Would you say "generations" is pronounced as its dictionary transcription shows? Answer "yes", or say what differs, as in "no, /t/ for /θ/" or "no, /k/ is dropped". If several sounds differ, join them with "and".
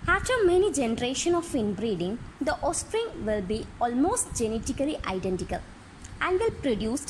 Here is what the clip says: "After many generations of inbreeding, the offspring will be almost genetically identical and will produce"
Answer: no, /z/ is dropped